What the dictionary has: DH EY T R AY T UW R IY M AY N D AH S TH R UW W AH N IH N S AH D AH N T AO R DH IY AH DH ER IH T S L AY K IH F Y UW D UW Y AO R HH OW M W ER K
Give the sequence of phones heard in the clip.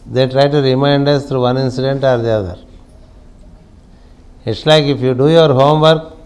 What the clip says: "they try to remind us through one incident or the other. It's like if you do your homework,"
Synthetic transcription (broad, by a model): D EY T R AY T UW R IY M AY N D AH S T R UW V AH N IH N S AH D AH N T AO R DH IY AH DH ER IH T S L AY K IH F Y UW D UW Y AO R HH OW M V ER K